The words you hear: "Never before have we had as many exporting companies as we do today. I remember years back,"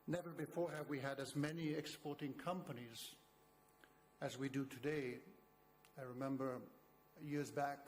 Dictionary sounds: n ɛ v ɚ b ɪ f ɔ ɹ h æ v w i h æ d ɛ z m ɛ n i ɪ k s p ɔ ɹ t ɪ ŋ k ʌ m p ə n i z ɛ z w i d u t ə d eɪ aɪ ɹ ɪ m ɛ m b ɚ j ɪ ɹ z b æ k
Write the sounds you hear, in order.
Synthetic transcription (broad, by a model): n ɛ v ɚ b ɪ f ɔ ɹ h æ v w i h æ d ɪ z m ɛ n i ɪ k s p ɔ ɹ t ɪ ŋ k ʌ m p ə n i z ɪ z w i d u t ə d eɪ aɪ ɹ ɪ m ɛ m b ɚ j ɪ ɹ z b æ k